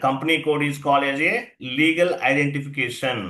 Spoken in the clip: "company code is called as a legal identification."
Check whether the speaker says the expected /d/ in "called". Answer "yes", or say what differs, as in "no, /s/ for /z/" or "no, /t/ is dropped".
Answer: no, /d/ is dropped